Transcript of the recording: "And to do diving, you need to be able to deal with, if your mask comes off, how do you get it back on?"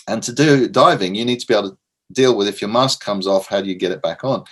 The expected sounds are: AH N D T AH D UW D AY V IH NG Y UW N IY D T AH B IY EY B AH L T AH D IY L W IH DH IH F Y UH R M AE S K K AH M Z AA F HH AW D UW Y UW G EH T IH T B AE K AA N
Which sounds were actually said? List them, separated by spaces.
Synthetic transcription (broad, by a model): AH N T AH D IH D AY V IH NG Y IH N IY D T AH B IY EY AH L T AH D IY L W IH DH IH F Y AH R M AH S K K AH M Z AA F HH AW D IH Y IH G EH T IH T B AE K N